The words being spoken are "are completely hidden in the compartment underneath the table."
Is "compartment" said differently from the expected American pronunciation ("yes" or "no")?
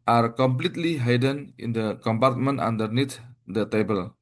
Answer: no